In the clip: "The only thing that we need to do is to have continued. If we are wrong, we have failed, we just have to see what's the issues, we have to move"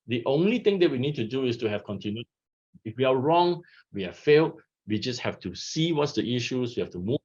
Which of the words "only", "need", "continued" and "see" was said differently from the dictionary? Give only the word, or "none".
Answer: continued